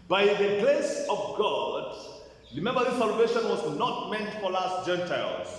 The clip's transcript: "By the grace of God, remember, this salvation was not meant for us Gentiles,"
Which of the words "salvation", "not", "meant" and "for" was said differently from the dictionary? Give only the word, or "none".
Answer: for